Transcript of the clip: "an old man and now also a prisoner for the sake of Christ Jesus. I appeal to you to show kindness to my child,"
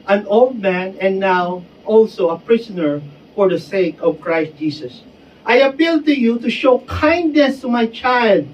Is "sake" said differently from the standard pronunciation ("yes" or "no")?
no